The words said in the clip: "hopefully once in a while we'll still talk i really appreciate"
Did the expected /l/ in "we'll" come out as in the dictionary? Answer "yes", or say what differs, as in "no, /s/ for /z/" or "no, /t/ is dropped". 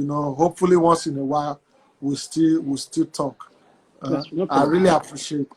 no, /w/ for /l/